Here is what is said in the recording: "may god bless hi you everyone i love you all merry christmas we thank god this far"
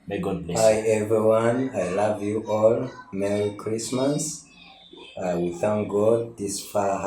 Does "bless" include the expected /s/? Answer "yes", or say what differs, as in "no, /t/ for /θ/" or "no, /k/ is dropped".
no, /s/ is dropped